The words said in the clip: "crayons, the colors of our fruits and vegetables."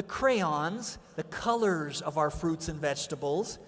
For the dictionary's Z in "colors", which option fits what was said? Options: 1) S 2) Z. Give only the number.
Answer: 2